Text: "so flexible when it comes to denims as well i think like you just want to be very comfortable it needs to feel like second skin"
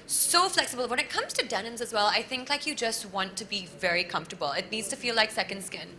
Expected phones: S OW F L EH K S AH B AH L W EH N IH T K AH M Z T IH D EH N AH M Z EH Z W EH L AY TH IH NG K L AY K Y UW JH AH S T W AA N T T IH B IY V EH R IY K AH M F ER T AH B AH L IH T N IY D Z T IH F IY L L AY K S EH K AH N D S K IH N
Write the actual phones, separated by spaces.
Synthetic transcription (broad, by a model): S OW F L EH K S AH B AH L W EH N IH T K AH M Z T IH D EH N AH M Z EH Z W EH L AY TH IH NG K L AY K Y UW JH AH S T W AA N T T IH B IY V EH R IY K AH M F T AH B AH L IH T N IY D Z T IH F IY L L AY K S EH K AH N D S K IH N